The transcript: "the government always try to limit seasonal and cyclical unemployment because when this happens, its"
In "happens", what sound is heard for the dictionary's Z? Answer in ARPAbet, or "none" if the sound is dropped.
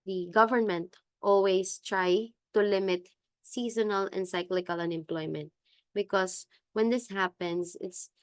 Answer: S